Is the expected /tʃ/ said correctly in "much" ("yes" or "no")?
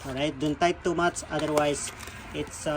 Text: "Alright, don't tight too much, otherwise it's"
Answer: no